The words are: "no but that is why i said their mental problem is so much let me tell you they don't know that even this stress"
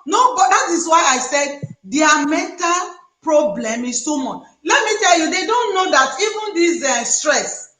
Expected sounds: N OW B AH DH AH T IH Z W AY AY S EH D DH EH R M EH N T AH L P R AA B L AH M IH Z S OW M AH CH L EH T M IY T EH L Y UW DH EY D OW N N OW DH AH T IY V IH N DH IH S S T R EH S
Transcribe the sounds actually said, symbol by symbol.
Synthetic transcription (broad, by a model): N OW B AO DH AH T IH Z W AY AY S EH D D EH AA M EH N T AH L P R AA B L AH M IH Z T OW M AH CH L EH T M IY T EH L Y UW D EY D OW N N OW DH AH T IY V IH N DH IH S S T R EH S